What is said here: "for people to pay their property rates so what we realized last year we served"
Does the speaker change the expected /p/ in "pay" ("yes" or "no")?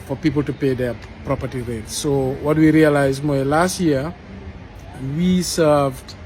no